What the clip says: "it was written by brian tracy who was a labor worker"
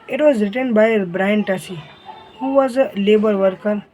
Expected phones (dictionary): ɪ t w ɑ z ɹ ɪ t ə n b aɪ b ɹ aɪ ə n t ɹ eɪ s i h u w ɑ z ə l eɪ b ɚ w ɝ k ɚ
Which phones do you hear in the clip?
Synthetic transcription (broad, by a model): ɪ t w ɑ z ɹ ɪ t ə n b aɪ b ɹ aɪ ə n t ʌ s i h u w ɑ z l eɪ b ɚ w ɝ k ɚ